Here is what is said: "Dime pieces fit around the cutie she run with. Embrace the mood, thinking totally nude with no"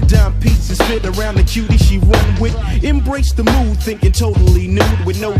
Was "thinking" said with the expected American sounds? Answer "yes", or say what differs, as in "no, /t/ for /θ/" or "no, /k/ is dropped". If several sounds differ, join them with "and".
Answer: yes